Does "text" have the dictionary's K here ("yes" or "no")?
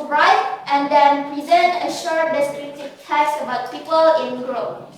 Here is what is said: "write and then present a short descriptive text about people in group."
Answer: no